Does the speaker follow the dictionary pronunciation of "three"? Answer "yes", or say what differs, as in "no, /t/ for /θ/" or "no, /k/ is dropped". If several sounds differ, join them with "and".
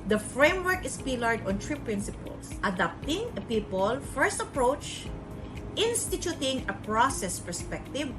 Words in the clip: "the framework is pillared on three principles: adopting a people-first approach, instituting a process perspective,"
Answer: no, /t/ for /θ/